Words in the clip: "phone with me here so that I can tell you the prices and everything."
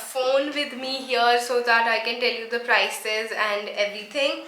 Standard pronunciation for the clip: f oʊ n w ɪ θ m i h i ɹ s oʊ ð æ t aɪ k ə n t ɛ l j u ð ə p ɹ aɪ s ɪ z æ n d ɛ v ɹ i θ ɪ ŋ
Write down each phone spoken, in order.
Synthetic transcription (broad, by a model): f oʊ n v ɪ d m i h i ɹ s oʊ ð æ t aɪ k ə n t ɛ l j u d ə p ɹ aɪ s ɪ z æ n d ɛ v ɹ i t ɪ ŋ